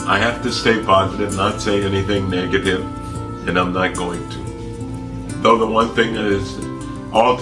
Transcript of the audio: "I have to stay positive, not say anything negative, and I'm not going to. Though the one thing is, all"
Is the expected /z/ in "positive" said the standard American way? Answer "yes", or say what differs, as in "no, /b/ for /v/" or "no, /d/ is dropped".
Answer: yes